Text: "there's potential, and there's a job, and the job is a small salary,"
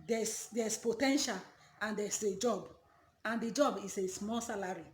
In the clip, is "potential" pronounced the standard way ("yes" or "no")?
yes